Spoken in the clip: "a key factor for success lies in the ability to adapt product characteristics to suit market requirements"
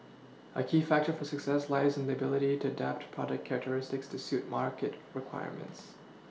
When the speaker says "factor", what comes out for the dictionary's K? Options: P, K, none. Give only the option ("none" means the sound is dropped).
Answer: K